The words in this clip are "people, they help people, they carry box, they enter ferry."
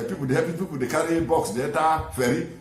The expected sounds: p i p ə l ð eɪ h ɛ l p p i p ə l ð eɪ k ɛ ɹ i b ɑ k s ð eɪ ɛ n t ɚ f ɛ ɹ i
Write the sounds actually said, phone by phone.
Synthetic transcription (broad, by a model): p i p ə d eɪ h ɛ p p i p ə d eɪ k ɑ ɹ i b ɑ k s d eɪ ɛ t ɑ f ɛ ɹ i